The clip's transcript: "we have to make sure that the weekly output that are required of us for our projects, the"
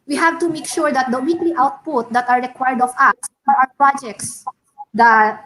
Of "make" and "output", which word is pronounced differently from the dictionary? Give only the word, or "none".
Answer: none